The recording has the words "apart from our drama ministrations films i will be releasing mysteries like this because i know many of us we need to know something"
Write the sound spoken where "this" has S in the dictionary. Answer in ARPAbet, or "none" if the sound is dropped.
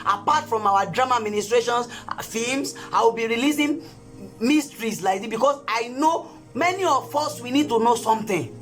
none